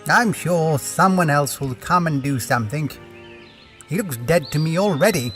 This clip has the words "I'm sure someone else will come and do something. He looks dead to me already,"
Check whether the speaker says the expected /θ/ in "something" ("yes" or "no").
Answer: yes